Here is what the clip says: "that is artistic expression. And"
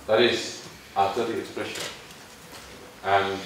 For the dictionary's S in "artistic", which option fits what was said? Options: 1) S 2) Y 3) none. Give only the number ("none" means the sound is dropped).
3